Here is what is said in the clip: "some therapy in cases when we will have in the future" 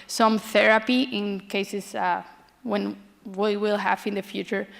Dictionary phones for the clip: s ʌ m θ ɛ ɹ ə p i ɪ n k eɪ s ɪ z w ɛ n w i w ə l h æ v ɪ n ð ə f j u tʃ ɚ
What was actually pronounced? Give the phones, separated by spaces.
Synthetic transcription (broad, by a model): s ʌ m θ ɛ ɹ ə p i ɪ n k eɪ s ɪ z w ɛ n w i w ə l h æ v ɪ n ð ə f j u tʃ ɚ